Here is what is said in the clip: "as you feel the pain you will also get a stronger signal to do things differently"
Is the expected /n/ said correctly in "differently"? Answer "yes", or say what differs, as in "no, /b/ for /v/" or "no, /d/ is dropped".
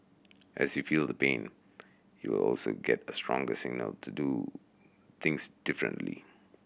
yes